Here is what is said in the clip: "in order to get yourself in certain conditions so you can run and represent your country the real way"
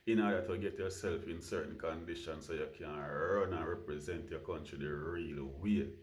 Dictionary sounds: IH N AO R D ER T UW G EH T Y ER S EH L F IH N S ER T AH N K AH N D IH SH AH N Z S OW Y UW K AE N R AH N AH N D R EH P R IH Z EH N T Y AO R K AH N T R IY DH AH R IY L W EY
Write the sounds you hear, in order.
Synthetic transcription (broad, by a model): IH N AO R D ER T UW G EH T Y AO S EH L F IH N S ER T N K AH N D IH SH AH N S OW Y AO K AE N R AH N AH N R EH P R IH Z EH N T Y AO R K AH N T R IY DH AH R IY L W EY